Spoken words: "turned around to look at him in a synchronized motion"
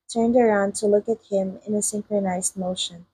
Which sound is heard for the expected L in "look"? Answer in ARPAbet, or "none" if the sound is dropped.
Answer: L